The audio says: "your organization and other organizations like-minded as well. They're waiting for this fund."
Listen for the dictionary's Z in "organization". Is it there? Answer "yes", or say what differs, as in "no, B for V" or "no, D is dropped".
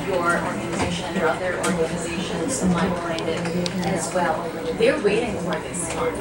yes